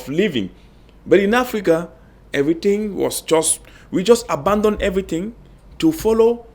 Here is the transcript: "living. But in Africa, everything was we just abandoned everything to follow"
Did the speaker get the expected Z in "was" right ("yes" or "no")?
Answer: no